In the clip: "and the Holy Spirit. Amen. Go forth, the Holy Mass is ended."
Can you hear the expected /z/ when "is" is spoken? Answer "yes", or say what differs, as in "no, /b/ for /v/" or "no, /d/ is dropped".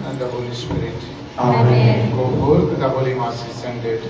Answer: no, /s/ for /z/